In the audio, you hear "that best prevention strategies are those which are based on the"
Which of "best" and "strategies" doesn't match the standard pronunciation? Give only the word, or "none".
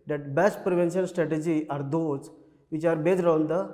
strategies